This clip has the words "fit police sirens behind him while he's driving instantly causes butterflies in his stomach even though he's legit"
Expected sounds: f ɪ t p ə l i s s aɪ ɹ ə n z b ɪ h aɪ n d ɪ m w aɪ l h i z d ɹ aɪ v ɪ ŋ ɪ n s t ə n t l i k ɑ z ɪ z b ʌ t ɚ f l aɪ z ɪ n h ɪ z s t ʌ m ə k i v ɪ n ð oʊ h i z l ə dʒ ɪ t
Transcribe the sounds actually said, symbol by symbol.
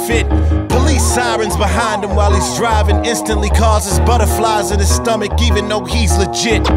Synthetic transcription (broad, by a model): f ɪ t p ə l i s s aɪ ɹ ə n z b ɪ h aɪ n d ɪ m w aɪ l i z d ɹ aɪ v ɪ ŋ ɪ n s t ə n t l i k ɑ z ɪ z b ʌ t ɚ f l aɪ z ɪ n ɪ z s t ʌ m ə k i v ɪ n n oʊ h i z l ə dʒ ɪ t